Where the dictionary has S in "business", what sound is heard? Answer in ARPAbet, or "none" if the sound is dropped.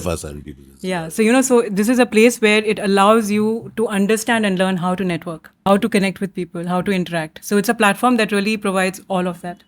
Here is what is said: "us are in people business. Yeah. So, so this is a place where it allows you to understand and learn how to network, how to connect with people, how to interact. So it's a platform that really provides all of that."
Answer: none